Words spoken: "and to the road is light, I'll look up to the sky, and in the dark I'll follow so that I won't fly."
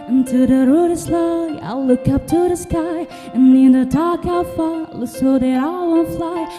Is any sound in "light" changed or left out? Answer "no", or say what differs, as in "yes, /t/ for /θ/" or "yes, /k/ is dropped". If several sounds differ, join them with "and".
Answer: yes, /t/ is dropped